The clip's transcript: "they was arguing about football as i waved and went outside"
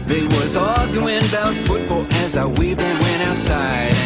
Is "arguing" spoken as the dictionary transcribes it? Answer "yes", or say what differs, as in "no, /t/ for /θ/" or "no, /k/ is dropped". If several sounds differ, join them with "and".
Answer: no, /l/ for /ɹ/